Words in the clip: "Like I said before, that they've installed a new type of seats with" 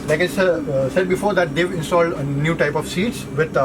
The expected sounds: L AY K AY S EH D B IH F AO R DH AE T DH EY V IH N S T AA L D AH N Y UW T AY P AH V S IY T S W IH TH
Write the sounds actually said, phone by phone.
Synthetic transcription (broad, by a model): L AY K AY S EH D B IH F AO R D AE T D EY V IH N S T AA L D AH N Y UW T AY P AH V S IY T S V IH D